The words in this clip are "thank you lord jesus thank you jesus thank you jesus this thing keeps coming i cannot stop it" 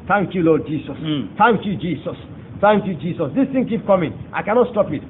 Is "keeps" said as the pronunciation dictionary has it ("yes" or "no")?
no